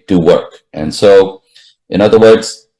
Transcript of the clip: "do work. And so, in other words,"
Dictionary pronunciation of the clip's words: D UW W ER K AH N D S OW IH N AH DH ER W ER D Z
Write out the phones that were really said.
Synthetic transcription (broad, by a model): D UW W ER K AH N S OW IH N AH DH ER W ER D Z